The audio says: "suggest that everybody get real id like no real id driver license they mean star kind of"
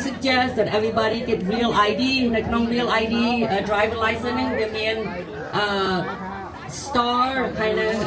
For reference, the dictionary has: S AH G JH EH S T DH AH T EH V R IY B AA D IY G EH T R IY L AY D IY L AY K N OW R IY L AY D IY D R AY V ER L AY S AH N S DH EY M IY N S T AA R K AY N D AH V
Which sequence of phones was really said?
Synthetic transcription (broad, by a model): S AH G JH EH S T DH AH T EH V R IY B AA D IY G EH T R IY L AY D IY N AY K N OW R IY L AY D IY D R AY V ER L AY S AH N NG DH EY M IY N S T AA R K AY N D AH